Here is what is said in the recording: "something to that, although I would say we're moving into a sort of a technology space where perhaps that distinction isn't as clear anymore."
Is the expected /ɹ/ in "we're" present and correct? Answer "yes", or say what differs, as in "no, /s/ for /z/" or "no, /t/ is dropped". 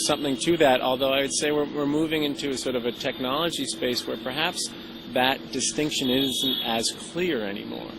yes